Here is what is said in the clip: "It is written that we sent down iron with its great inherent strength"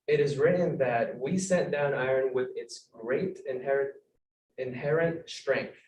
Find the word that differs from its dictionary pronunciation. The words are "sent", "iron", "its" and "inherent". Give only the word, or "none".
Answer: sent